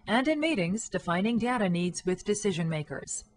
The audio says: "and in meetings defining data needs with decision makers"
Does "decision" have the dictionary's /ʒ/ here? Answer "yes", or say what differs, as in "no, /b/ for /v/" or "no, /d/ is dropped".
yes